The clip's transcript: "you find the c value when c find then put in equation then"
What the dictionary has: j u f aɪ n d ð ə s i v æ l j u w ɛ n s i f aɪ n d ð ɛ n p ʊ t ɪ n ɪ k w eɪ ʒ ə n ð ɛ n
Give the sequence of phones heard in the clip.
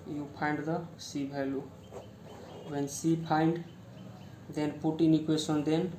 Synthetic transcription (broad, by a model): j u p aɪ n d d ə s i b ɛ l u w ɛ n s i p aɪ n d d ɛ n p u t ɪ n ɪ k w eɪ s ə n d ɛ n